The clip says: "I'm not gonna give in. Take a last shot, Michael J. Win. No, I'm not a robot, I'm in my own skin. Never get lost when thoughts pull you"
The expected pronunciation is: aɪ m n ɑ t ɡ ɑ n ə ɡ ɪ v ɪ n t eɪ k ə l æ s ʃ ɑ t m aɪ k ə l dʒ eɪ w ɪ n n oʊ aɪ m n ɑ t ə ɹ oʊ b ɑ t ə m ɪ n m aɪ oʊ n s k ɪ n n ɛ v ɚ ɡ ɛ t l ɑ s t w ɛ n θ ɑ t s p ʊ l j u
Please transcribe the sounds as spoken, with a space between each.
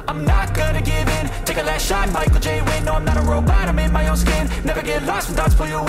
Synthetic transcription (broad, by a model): aɪ m n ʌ t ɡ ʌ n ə ɡ ɪ v ɪ n t eɪ k ə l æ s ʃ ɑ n m aɪ k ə l dʒ eɪ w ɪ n n oʊ aɪ m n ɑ t ə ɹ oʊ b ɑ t ə m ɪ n m aɪ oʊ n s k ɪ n n ɛ v ɚ ɡ ɛ t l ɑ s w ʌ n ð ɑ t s f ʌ j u